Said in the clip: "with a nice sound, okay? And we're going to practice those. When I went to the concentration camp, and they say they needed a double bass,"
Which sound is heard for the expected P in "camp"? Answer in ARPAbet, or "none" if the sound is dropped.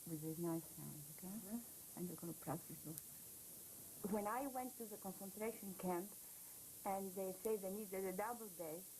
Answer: P